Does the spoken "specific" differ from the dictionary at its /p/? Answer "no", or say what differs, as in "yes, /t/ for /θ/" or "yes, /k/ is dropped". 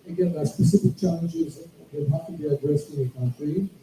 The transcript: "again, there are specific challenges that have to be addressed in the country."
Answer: no